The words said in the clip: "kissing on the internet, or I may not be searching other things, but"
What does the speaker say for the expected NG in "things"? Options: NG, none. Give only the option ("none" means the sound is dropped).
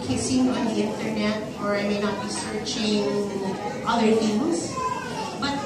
none